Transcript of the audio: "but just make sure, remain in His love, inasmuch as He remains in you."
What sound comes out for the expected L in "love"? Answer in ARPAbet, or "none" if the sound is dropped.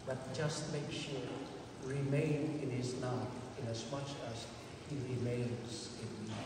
N